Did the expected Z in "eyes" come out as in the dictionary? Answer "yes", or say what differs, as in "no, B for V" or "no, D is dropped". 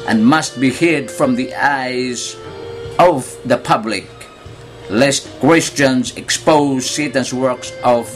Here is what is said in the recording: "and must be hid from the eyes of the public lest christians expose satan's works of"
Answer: yes